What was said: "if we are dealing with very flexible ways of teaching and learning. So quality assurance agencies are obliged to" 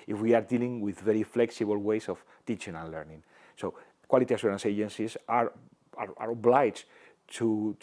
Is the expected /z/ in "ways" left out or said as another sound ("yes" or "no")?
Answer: yes